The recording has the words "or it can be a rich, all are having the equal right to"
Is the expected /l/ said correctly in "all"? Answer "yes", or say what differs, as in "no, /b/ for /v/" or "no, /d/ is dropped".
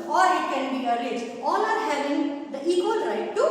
no, /n/ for /l/